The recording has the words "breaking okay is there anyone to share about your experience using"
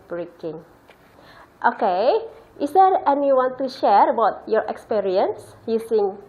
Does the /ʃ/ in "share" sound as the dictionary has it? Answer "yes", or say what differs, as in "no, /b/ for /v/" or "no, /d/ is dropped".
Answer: yes